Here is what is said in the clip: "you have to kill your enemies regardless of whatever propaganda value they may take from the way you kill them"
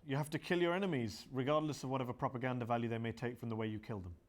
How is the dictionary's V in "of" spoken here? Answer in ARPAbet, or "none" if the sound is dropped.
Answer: V